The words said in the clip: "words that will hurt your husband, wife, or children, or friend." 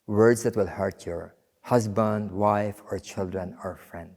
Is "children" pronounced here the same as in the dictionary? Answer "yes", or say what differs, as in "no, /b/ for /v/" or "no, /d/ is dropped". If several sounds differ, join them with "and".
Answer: yes